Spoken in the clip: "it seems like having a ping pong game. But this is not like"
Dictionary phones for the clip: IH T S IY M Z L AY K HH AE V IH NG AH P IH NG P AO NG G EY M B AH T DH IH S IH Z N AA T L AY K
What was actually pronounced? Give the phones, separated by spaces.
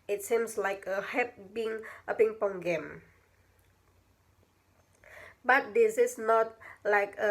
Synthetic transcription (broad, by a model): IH T S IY M S L AY K HH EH P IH NG AH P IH NG P AO NG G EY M B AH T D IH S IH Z N AA T L AY K